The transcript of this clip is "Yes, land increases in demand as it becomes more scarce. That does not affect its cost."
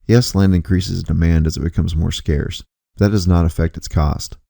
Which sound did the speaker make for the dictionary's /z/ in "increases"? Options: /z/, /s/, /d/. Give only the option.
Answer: /z/